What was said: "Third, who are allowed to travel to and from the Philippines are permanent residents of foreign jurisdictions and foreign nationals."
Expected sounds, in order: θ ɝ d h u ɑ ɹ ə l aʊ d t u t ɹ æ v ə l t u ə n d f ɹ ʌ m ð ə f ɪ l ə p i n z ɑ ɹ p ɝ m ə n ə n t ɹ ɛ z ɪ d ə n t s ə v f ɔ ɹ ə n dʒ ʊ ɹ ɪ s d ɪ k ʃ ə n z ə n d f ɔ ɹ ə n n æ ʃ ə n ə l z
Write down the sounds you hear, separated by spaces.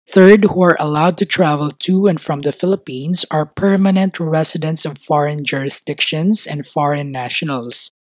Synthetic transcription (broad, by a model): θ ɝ d h u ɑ ɹ ə l aʊ d t u t ɹ æ v ə l t u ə n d f ɹ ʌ m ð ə f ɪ l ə p i n s ɑ ɹ p ɝ m ə n ə n t ɹ ɛ s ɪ d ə n t s ə v f ɔ ɹ ə n dʒ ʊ ɹ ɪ s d ɪ k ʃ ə n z ə n d f ɔ ɹ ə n n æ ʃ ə n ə l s